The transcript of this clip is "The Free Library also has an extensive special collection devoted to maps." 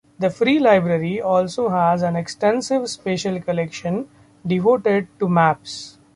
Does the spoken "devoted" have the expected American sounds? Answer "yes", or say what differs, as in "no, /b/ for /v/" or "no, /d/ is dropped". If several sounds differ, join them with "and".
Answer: yes